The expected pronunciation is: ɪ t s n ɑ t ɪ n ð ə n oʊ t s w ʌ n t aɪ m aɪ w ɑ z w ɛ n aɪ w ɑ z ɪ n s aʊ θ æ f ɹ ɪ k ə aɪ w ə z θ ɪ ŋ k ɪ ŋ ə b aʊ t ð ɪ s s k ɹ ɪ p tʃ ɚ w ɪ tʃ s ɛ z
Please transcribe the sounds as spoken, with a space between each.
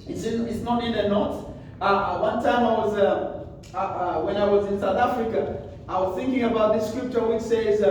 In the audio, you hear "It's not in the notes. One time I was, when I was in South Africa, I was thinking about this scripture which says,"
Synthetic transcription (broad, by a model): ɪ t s n ɑ t ɪ n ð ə n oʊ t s w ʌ n t aɪ m aɪ w ɑ z w ɛ n aɪ w ɑ z ɪ n s aʊ θ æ f ɹ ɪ k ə aɪ w ə z θ ɪ ŋ k ɪ ŋ ə b aʊ t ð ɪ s s k ɹ ɪ p tʃ ɚ w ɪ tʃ s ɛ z